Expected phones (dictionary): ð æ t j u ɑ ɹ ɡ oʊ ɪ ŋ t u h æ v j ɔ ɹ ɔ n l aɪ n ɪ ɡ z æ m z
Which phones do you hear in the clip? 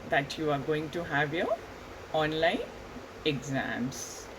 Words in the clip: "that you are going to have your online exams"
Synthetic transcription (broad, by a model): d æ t j u ɑ ɹ ɡ oʊ ɪ ŋ t u h æ v j ɔ ɹ ɔ n l aɪ n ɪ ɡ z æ m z